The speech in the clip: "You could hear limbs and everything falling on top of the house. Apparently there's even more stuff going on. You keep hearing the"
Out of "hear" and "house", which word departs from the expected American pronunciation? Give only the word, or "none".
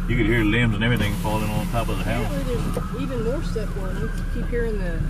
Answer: house